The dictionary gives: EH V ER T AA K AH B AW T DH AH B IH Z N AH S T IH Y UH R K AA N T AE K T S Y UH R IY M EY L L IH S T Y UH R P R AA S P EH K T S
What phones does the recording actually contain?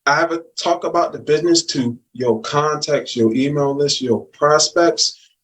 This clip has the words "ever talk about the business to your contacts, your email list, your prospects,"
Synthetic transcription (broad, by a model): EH V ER T AA K AH B AW T DH AH B IH Z N AH S T IH Y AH R K AA N T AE K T S Y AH R IY M EY L L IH S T Y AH R P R AA S P EH K T S